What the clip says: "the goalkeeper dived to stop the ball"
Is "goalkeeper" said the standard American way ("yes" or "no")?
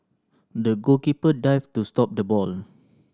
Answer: no